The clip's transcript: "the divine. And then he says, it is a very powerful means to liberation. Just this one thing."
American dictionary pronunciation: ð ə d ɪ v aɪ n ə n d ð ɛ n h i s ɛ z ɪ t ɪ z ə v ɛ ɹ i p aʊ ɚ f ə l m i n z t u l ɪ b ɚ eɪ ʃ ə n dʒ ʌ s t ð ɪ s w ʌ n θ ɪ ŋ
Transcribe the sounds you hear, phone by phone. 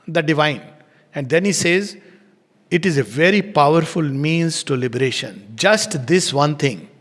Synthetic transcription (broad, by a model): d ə d ɪ v aɪ n ə n d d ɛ n h i s ɛ z ɪ t ɪ z ə v ɛ ɹ i p aʊ ɚ f ə l m i n z t u l ɪ b ɚ eɪ ʃ ə n dʒ ʌ s t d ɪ s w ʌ n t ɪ ŋ